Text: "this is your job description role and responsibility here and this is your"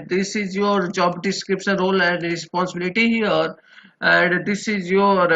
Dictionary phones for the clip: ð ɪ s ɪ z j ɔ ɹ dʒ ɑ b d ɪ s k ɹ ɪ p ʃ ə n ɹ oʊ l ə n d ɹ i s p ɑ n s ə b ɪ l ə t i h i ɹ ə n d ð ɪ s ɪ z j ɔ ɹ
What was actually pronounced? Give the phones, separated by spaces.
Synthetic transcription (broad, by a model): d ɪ s ɪ z j ɔ ɹ dʒ ɑ b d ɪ s k ɹ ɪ p s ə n ɹ oʊ l ə n d ɹ i s p ɑ n s ə b ɪ l ə t i h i ɹ ə n d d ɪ s ɪ z j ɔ ɹ